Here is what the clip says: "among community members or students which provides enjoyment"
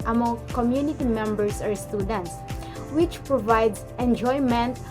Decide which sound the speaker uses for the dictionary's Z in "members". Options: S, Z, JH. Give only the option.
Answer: S